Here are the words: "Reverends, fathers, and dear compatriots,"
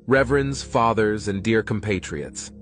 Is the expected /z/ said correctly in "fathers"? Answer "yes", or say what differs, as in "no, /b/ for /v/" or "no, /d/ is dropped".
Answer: yes